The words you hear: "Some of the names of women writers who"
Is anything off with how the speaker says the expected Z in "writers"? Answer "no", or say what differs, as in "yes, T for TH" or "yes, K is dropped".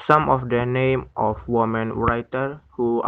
yes, Z is dropped